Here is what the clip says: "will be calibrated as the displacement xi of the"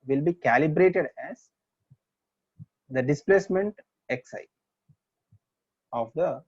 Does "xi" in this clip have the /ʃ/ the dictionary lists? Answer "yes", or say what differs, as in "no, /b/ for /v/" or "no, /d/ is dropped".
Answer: no, /s/ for /ʃ/